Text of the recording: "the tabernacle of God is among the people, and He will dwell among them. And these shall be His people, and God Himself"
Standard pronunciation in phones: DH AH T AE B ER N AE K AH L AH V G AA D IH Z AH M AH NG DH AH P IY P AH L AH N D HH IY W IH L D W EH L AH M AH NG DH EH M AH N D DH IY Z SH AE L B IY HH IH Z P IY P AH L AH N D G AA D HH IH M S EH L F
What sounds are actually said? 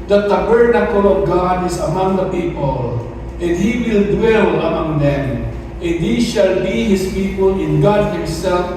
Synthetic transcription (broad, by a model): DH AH T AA B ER N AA K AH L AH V G AA D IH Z AH M AH NG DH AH P IY P AH L AH N D HH IY W IH L D W EH L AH M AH NG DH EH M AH N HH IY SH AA L B IY HH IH S P IY P AH L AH N G AA D HH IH M S EH L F